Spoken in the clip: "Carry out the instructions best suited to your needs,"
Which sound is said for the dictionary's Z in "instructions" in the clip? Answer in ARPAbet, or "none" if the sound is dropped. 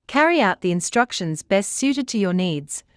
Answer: Z